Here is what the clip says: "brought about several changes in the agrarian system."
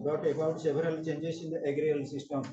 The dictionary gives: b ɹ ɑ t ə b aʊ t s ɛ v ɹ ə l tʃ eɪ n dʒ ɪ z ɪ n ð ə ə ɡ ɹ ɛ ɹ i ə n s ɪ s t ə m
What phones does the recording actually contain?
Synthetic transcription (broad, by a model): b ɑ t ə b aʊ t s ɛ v ɹ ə l tʃ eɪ n dʒ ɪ s ɪ n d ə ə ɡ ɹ ɹ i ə l s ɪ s t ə m